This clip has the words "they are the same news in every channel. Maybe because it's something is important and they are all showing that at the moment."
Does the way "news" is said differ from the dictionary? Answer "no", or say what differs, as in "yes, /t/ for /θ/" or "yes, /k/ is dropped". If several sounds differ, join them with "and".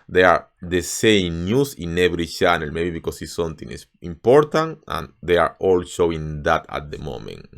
yes, /s/ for /z/